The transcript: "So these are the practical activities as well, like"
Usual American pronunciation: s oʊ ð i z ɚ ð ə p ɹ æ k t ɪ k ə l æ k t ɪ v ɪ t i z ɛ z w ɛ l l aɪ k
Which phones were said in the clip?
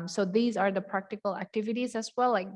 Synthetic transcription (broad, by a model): s oʊ ð i z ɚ ð ə p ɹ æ k t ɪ k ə l æ k t ɪ v ɪ t i z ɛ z w ɛ l l aɪ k